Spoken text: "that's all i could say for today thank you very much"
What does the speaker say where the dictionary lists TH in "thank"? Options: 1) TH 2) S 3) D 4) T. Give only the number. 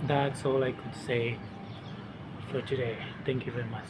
4